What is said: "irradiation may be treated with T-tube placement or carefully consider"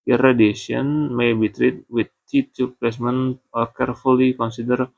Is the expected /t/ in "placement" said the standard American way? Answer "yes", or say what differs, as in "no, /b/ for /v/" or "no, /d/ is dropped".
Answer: no, /t/ is dropped